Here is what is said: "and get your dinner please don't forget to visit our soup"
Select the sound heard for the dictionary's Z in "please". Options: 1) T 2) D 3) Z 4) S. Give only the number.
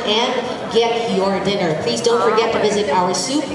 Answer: 3